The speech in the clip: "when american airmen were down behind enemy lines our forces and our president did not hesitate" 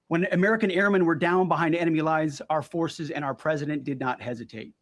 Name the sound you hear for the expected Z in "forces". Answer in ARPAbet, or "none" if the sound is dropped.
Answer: Z